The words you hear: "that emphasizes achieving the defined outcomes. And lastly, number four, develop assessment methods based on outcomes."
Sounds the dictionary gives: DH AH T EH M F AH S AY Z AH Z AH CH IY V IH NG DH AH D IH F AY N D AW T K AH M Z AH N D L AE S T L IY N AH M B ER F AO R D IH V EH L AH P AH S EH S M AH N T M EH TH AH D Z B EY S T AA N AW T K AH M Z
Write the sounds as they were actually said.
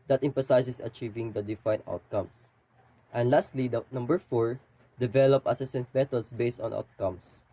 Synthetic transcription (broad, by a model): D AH T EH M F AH S AY S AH S AH CH IY V IH NG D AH D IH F AY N AW T K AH M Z AH N D L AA S T L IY N AH M B ER F AO R D IH V EH L AH P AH S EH S AH N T M EH T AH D S B EY S T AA N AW T K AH M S